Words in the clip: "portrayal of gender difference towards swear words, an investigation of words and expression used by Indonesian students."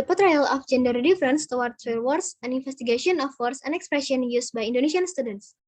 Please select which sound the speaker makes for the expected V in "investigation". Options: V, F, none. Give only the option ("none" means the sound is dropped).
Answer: F